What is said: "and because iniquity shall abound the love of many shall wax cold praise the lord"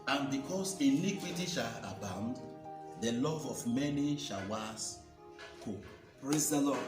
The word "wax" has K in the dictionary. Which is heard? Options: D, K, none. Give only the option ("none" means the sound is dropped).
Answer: none